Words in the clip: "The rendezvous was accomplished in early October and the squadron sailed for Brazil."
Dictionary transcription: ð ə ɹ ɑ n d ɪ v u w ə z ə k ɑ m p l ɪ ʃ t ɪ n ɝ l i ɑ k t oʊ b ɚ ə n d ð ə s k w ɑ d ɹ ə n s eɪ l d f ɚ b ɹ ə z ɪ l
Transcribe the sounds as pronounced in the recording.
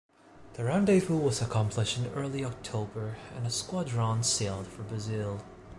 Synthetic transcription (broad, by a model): ð ə ɹ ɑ n d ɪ f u w ə z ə k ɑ m p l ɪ ʃ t ɪ n ɝ l i ɑ k t oʊ b ɚ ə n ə s k w ɑ d ɹ ə n s eɪ l d f ɚ b ɹ ə z ɪ l